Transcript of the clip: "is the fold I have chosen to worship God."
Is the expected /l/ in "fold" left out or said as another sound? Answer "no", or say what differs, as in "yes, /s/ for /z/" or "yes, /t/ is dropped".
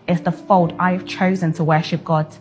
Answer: no